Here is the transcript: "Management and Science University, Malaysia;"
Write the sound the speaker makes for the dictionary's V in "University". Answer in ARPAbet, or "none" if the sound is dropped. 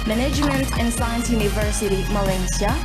V